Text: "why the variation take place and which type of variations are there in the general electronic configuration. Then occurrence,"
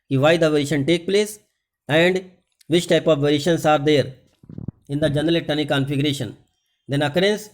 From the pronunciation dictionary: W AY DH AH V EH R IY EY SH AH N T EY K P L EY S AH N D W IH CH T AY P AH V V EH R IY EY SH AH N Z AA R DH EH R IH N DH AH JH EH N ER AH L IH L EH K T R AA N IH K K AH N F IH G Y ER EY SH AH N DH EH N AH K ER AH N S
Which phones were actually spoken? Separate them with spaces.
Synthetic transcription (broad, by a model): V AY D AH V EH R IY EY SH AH N T EY K P L EY S AH N D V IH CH T AY P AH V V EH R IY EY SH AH N S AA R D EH R IH N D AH JH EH N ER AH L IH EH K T AA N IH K K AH N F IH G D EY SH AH N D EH N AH K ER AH N S